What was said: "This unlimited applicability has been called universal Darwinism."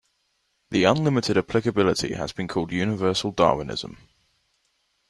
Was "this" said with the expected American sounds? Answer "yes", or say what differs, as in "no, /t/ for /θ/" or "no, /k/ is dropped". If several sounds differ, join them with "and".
no, /s/ is dropped